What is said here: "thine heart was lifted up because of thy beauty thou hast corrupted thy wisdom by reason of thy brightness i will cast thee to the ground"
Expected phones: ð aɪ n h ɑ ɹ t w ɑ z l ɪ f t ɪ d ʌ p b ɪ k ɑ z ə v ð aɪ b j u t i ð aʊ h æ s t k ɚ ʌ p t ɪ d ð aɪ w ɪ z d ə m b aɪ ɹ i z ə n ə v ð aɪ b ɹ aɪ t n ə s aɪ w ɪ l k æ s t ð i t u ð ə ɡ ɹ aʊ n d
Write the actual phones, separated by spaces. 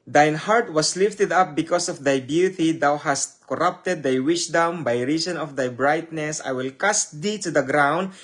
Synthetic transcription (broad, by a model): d aɪ n h ɑ ɹ t w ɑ s l ɪ f t ɪ d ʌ p b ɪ k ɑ s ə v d aɪ b j u t i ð aʊ h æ s t k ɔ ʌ p t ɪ d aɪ w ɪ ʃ d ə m b aɪ ɹ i s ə n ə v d aɪ b ɹ aɪ t n ə s aɪ w ɪ l k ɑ s t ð i t u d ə ɡ ɹ aʊ n d